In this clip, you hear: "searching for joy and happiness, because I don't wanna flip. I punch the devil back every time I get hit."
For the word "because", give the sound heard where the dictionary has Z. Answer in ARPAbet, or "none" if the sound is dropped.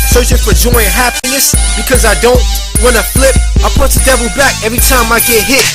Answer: Z